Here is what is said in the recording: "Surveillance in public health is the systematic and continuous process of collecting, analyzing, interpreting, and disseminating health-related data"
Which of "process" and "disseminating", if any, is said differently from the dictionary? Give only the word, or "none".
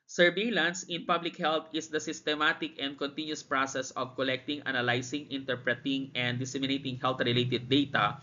none